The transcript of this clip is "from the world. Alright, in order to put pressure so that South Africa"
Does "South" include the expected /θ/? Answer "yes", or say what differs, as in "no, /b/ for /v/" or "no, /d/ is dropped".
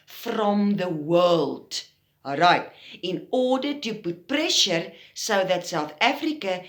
yes